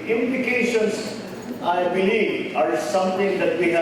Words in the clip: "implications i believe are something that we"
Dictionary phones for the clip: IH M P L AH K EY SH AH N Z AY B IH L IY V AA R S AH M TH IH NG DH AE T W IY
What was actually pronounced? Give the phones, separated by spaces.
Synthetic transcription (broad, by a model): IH M P L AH K EY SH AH N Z AY B IH L IY V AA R S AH M T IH NG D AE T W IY